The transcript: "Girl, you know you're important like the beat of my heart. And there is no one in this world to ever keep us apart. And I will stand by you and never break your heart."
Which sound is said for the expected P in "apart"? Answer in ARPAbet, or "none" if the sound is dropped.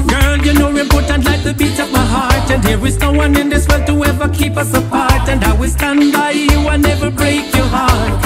F